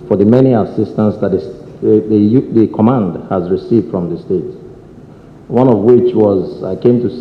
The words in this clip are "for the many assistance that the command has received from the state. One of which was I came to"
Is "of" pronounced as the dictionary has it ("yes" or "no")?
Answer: yes